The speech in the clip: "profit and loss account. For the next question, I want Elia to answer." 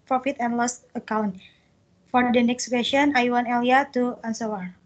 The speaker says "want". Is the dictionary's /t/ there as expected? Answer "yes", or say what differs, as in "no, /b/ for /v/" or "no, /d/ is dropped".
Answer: no, /t/ is dropped